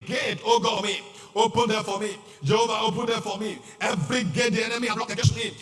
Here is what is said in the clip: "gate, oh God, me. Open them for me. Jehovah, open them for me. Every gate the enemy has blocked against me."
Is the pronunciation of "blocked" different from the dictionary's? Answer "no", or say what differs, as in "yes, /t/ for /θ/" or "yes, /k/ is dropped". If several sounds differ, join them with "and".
yes, /t/ is dropped